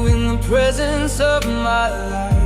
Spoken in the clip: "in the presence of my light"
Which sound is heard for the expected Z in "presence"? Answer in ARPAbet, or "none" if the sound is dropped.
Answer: Z